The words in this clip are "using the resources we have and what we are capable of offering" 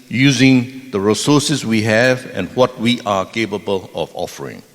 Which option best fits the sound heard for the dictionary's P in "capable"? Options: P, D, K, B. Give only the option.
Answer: P